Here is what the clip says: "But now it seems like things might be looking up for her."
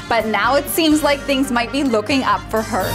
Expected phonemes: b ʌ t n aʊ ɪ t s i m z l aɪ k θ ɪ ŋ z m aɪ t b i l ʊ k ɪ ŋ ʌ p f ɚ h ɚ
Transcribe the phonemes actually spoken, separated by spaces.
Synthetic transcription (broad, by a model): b ʌ t n aʊ ɪ t s i m z l aɪ k θ ɪ ŋ z m aɪ t b i l ʊ k ɪ ŋ ʌ p f ɚ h ɚ